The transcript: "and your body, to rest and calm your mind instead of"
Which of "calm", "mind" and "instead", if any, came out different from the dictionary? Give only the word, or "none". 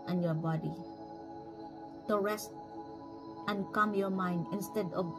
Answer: none